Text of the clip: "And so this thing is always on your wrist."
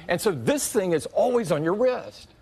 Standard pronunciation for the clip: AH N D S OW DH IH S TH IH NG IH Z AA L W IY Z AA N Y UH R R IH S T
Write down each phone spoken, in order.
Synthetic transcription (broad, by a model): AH N S OW DH IH S TH IH NG IH Z AA L W IY Z N Y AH R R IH S T